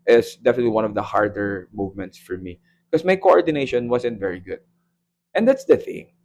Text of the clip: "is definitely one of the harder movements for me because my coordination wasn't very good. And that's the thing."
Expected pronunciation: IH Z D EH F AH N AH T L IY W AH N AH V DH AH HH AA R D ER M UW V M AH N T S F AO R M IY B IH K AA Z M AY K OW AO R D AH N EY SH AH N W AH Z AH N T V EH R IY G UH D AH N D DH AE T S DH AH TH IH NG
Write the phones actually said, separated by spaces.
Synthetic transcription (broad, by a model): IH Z D EH F AH N AH T L IY W AH N AH V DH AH HH AA R D ER M UW V M AH N T S F AO R M IY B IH K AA S M AY K OW AO R D AH N EY SH AH N W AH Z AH N T V EH R IY G UH D AH N D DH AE T S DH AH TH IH NG